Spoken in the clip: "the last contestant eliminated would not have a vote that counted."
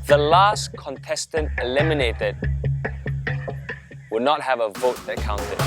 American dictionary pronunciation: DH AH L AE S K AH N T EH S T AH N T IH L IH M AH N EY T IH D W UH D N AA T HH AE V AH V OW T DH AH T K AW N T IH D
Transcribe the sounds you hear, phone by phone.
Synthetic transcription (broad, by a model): DH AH L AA S K AH N T EH S T AH N T IH L IH M AH N EY T IH D W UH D N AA T HH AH V AH V OW T DH AH T K AW N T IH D